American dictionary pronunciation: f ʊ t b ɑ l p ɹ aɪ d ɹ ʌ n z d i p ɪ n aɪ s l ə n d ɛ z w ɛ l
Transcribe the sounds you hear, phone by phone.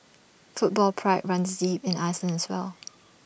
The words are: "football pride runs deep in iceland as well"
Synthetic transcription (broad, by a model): f ʊ t b ɑ l p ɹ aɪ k ɹ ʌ n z d i p ɪ n aɪ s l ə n ɛ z w ɛ l